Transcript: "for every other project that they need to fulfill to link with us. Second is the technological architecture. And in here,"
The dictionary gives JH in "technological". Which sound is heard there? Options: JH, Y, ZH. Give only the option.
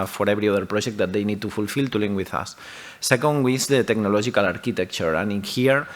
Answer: ZH